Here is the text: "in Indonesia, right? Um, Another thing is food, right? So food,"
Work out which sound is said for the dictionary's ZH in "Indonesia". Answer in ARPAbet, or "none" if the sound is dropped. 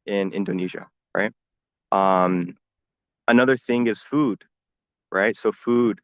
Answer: ZH